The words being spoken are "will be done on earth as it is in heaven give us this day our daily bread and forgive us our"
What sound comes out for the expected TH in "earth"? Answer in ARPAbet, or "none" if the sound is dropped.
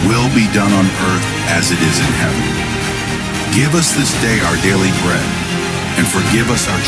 TH